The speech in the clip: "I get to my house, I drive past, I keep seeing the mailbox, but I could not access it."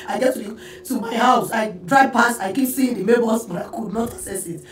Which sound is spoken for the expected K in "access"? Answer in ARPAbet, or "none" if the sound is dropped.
none